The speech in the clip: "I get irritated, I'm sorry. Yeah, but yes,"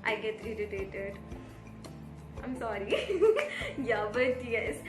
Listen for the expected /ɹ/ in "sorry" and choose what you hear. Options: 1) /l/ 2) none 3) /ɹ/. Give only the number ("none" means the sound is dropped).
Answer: 3